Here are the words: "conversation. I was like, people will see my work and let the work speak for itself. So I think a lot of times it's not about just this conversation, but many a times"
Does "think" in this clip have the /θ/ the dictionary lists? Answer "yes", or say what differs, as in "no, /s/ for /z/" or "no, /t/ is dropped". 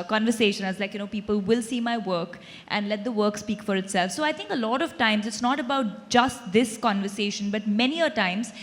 no, /t/ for /θ/